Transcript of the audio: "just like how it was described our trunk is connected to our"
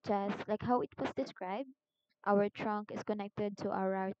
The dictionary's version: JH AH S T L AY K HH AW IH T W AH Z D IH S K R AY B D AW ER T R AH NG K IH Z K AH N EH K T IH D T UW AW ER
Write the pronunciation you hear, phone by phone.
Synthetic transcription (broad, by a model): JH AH S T L AY K HH AW IH T W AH S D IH S K R AY B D AW ER T R AH NG K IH S K AH N EH K T IH D T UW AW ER